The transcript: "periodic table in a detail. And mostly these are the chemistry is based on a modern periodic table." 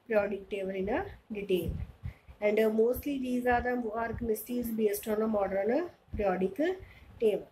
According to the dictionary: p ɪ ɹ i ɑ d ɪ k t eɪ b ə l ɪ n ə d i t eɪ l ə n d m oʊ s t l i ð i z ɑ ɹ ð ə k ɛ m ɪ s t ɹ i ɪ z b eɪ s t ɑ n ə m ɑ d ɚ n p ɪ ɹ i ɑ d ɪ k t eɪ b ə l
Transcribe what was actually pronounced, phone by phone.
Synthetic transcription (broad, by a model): p ɹ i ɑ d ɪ k t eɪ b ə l ɪ n ə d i t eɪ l ə n d m oʊ s t l i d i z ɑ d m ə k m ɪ s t i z b eɪ s t ɑ n ə m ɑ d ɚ n p ɹ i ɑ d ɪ k t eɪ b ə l